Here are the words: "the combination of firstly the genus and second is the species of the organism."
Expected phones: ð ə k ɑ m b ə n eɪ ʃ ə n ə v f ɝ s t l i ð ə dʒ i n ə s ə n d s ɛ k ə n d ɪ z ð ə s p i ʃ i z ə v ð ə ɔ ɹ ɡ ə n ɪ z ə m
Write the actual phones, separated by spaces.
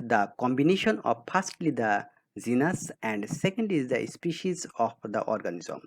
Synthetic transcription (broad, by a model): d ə k ɑ m b ə n eɪ ʃ ə n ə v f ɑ s t l i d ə z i n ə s ə n d s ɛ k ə n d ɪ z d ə s p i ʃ i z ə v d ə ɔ ɹ ɡ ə n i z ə m